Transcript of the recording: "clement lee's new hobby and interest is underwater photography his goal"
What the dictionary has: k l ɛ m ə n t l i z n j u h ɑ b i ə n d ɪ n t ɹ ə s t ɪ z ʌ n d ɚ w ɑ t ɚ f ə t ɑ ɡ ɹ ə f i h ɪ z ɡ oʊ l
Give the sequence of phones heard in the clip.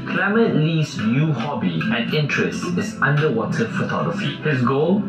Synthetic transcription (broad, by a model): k l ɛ m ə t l i s n j u h ɑ b i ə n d ɪ n t ɹ ə s t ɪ s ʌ n d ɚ w ɑ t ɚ f ə t ɑ ɡ ɹ ə f i h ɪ s ɡ oʊ l